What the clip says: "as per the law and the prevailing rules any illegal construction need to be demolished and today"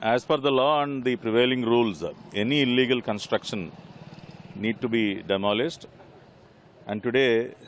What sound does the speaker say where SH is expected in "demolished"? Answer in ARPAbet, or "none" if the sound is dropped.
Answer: S